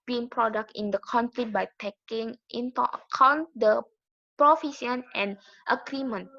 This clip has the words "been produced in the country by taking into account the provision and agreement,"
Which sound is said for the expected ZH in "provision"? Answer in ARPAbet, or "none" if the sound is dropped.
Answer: S